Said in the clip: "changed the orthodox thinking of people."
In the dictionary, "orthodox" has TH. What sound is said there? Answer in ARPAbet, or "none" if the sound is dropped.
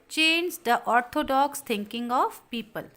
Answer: T